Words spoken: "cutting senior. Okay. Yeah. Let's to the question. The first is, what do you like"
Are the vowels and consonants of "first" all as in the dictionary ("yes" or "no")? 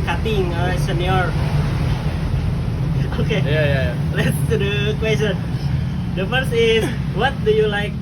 no